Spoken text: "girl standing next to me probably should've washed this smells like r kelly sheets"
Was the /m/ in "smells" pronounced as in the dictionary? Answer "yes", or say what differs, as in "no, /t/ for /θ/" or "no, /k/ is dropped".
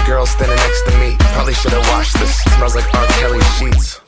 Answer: no, /m/ is dropped